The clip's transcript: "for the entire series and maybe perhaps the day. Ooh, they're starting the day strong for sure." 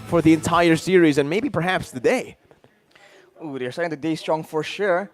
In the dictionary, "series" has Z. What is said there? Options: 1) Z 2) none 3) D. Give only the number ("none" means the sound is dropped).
1